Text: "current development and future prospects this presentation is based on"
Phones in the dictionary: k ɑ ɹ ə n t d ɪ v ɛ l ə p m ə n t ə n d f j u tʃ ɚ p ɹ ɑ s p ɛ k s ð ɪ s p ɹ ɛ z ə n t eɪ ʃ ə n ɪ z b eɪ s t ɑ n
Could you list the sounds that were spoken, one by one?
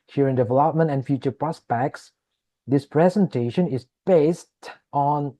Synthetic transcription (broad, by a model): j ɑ ɹ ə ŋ d ɪ v ɛ l ə p m ə n t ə n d f j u tʃ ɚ p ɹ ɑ s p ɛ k s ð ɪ s p ɹ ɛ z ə n t eɪ ʃ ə n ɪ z b eɪ s t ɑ n